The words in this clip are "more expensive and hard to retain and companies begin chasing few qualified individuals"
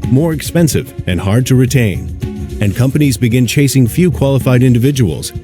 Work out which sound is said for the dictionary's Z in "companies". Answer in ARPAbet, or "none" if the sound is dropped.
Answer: Z